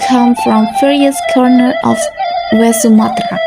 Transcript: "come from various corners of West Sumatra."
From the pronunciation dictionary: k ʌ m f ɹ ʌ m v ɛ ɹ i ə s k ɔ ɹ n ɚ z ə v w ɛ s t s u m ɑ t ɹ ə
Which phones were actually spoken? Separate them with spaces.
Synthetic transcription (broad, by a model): k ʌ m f ɹ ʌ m f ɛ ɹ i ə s k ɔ ɹ n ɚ ə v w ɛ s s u m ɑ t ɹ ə